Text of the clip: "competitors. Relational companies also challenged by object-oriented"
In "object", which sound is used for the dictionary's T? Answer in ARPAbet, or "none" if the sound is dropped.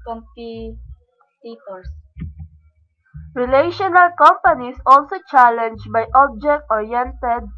T